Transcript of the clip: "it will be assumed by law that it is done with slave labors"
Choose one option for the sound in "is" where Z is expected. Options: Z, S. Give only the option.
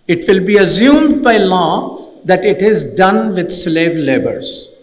Z